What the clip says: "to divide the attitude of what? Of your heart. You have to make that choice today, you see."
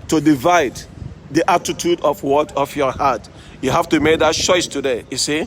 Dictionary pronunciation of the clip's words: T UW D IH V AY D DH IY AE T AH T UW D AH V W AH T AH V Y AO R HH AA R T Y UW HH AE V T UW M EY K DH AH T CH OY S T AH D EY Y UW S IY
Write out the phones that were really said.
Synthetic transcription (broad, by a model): T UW D IH V AY D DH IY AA T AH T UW D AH F W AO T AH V Y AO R HH AA T Y UW HH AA F T UW M EY K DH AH T CH OY S T AH D EY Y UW S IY